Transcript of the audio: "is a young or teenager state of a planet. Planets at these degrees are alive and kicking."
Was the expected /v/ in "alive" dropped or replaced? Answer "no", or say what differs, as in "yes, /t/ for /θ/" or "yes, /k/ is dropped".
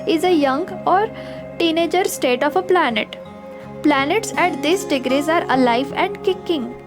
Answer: no